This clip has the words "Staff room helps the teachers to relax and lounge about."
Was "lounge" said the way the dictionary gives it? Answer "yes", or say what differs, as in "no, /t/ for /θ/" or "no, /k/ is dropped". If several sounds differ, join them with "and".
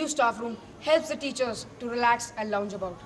yes